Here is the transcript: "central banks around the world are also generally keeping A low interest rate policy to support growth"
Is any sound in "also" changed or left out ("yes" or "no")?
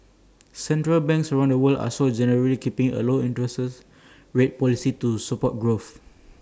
yes